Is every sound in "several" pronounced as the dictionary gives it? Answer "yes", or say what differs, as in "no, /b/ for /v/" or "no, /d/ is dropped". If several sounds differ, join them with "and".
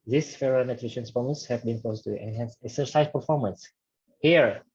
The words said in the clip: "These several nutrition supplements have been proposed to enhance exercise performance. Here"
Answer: no, /v/ is dropped